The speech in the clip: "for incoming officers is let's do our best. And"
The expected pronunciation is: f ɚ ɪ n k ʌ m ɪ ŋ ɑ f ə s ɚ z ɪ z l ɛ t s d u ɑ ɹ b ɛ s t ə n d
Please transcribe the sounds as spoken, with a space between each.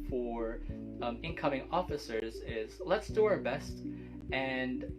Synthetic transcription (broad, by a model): f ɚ ɪ n k ʌ m ɪ ŋ ɑ f ə s ɚ z ɪ z l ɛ t s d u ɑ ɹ b ɛ s t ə n